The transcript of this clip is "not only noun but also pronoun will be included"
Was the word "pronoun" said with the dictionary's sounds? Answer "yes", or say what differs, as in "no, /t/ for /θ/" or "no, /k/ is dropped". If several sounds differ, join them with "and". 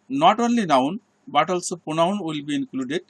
no, /ɹ/ is dropped